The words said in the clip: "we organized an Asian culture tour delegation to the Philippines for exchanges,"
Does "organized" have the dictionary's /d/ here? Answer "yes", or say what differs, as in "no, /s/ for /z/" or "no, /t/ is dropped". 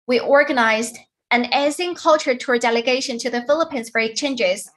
yes